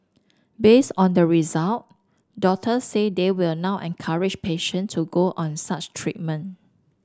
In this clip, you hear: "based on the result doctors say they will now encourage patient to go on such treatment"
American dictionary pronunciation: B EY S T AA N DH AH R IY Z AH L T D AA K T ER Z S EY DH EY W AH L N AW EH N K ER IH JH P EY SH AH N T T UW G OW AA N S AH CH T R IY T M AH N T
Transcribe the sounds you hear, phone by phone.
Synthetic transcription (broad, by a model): B EY S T AA N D AH R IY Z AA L T D AA T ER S S EY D EY W AH L N AW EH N K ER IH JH P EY SH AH N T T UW G OW AA N S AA CH T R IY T M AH N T